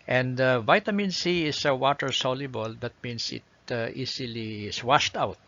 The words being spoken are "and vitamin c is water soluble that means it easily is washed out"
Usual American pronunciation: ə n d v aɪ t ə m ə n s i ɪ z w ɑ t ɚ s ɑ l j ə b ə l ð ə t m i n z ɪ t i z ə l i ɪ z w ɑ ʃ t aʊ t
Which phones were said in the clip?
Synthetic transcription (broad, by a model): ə n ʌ v aɪ t ə m ə n s i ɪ s w ɑ t ɚ s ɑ l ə b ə l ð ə t m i n s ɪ t i s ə l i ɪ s w ɑ ʃ t aʊ t